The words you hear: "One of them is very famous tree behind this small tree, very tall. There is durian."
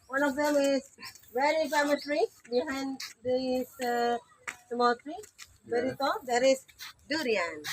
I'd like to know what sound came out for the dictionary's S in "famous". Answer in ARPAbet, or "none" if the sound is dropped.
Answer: none